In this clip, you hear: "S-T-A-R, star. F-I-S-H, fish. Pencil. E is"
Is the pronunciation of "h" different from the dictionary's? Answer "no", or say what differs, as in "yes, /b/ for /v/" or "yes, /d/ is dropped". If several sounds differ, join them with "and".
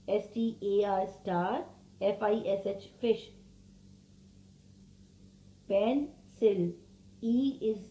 no